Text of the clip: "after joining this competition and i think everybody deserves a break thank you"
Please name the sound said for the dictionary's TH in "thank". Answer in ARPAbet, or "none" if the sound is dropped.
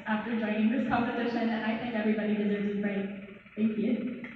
TH